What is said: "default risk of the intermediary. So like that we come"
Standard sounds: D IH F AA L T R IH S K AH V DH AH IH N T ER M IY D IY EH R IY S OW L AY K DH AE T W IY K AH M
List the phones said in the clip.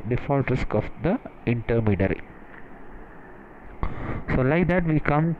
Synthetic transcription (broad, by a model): D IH F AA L T R IH S K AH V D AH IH N T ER M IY D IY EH R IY S OW L AY K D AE T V IY K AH M